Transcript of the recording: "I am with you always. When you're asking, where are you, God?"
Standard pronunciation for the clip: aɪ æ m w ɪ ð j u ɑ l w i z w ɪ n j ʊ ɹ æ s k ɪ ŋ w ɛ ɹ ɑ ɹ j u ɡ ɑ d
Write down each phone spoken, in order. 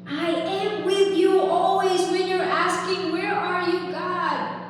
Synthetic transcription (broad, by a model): aɪ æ m w ɪ ð j u ɑ l w i z w ɪ n j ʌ ɹ æ s k ɪ ŋ w ɛ ɹ ɑ ɹ j u ɡ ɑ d